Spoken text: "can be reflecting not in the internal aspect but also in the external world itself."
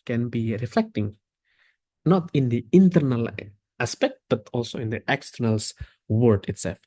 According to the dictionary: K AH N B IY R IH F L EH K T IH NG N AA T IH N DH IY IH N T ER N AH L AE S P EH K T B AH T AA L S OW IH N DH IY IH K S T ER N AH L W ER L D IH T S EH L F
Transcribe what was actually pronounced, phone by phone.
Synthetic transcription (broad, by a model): K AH N B IY R IH F L EH K T IH NG N AA T IH N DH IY IH N T ER N AH L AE S P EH K T B AH T AA L S OW IH N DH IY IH K S T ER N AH L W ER D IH T S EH L F